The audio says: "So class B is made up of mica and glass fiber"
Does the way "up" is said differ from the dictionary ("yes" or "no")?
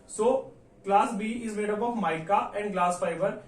yes